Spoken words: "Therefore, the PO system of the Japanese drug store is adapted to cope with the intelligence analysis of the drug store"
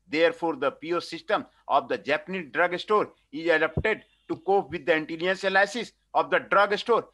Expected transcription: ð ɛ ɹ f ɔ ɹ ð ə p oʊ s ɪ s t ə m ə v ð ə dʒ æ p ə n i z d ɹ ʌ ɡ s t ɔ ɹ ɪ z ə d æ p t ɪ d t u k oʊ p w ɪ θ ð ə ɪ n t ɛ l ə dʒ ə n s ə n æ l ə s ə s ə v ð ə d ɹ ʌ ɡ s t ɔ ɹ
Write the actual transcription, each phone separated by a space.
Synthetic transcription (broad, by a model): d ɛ ɹ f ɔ ɹ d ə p oʊ s ɪ s t ə m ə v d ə dʒ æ p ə n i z d ɹ ʌ ɡ s t ɔ ɹ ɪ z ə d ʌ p t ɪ d t u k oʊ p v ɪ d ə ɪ n t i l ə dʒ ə n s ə l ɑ ə s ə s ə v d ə d ɹ ʌ ɡ s t ɔ ɹ